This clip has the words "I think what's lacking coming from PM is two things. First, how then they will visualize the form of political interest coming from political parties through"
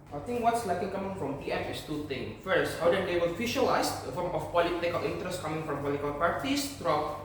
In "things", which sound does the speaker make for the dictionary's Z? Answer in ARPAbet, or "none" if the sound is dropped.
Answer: none